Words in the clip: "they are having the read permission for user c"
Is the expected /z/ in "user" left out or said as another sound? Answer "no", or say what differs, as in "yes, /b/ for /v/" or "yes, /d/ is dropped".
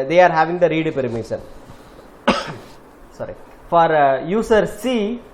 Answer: yes, /s/ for /z/